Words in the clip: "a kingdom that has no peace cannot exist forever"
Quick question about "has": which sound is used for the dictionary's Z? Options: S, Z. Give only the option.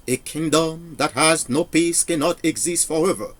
Z